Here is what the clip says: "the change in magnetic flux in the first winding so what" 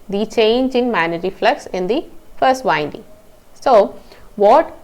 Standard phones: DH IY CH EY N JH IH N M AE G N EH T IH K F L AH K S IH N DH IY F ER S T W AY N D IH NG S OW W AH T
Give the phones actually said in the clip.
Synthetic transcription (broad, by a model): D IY CH EY N JH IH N M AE N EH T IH F L AH K S IH N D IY F ER S T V AY N D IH NG S OW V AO T